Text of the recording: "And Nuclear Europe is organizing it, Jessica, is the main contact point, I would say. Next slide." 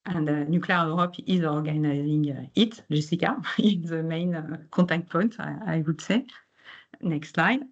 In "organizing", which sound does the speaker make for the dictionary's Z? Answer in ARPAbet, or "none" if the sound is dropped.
Z